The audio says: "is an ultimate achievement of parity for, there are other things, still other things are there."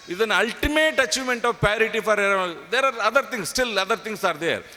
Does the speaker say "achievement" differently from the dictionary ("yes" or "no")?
yes